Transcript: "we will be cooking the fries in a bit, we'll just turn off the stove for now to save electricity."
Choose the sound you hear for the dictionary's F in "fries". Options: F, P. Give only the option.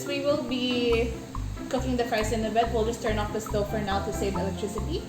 P